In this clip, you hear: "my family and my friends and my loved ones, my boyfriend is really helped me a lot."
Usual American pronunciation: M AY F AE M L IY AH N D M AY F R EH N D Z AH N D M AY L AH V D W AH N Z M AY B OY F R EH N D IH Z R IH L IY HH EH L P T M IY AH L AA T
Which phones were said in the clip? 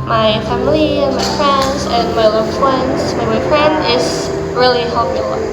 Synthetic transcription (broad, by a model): M AY F AE M L IY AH N M AY F R EH N D Z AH N M AY L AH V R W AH N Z M AY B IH F R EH N D IH Z R IH L IY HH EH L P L AH